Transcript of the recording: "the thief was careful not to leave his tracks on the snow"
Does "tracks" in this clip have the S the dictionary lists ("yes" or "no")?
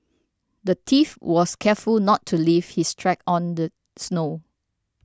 no